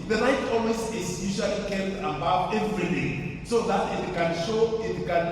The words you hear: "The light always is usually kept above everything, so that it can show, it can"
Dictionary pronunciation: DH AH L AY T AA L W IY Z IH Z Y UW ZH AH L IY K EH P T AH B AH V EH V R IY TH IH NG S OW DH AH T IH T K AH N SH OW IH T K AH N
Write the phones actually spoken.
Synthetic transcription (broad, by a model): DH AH N AY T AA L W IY S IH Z Y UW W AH L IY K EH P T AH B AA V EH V R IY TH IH S OW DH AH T IH T K AH N SH OW IH T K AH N